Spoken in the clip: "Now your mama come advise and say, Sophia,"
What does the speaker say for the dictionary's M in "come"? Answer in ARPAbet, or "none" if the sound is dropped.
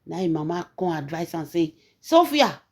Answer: none